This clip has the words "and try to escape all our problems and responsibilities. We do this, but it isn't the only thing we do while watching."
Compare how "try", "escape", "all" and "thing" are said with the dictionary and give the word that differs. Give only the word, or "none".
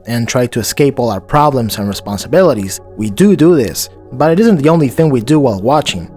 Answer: none